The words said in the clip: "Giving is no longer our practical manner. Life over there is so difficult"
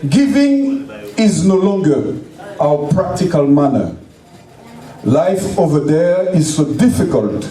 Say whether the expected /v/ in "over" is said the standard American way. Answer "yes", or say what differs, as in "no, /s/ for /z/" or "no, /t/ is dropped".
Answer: yes